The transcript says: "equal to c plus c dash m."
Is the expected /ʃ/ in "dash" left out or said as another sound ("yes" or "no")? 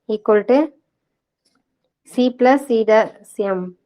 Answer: yes